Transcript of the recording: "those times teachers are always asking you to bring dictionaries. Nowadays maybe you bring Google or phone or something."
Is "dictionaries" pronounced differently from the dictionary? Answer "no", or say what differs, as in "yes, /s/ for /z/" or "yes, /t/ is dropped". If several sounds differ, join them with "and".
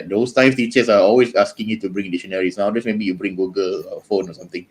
yes, /k/ is dropped and /s/ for /z/